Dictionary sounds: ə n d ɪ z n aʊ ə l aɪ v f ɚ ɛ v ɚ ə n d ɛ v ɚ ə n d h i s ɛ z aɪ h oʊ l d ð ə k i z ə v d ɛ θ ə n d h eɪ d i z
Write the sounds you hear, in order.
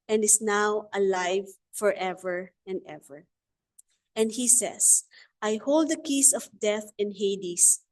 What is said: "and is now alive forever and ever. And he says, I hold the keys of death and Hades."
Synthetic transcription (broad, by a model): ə n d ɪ s n aʊ ə l aɪ v f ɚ ɛ v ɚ ə n d ɛ v ɚ ə n d h i s ɛ s aɪ h oʊ l d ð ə k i s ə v d ɛ θ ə n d h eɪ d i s